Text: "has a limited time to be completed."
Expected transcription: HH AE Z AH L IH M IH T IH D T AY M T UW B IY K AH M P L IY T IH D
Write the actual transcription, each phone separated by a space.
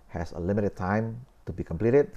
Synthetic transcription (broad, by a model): HH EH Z AH L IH M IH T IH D T AY M T UW B IY K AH M P L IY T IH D